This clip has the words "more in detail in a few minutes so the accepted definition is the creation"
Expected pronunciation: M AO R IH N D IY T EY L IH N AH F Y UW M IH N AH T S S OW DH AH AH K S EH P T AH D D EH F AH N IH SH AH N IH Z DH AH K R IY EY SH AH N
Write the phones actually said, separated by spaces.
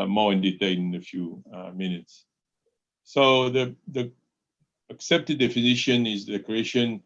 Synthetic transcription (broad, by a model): M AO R IH N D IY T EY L IH N AH F Y UW M IH N AH T S S OW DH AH AH K S EH P T AH D D EH F AH N IH SH AH N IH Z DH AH K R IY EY SH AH N